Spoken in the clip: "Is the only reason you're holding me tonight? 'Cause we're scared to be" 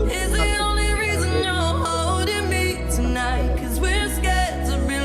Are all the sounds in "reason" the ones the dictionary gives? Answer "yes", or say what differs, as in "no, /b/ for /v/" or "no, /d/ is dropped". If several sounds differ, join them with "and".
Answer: yes